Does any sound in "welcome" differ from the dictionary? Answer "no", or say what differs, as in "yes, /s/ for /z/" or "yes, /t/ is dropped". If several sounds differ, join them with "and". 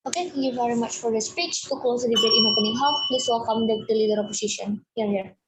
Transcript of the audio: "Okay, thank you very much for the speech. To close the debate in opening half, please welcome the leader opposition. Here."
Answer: yes, /l/ is dropped